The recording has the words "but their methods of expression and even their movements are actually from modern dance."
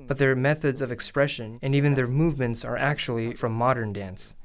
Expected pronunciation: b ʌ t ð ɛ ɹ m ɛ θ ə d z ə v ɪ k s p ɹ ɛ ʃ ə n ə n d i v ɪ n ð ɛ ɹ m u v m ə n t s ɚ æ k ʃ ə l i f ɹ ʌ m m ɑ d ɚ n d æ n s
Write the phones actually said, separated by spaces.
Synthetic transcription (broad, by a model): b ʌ t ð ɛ ɹ m ɛ θ ə d z ə v ɪ k s p ɹ ɛ ʃ ə n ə n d i v ɪ n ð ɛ ɹ m u v m ə n t s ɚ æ k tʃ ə l i f ɹ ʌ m m ɑ d ɚ n d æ n s